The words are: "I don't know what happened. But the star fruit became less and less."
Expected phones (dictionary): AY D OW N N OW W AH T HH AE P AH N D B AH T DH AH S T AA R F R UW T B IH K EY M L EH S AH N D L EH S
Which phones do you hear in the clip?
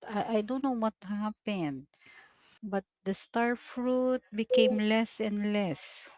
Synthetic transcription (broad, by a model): AY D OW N N OW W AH T HH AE P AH N D B AH T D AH S T AA R F R UW T B IH K EY M L EH S AH N D L EH S